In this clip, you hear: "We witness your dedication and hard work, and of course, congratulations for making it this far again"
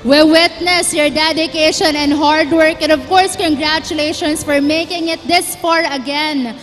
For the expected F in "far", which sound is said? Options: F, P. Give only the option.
P